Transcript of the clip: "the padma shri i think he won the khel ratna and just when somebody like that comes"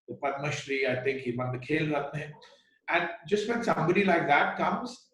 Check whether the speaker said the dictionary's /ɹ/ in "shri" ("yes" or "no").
yes